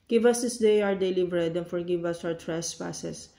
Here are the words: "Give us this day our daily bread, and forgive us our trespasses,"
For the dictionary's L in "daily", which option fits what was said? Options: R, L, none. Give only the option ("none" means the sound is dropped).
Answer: L